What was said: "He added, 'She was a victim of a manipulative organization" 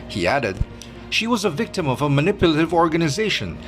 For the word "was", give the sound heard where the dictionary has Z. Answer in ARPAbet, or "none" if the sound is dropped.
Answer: Z